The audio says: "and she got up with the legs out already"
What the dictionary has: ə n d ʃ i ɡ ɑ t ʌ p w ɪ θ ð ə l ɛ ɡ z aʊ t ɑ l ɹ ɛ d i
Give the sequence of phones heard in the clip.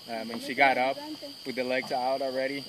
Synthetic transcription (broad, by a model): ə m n ʃ i ɡ ɑ t ʌ p w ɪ ð ə l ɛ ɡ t aʊ t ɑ l ɹ ɛ d i